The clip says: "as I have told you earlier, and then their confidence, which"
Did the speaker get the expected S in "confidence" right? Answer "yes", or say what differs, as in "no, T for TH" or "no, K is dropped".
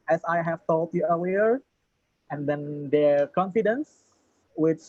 yes